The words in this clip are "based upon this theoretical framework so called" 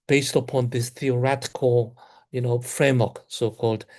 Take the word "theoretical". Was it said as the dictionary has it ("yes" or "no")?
no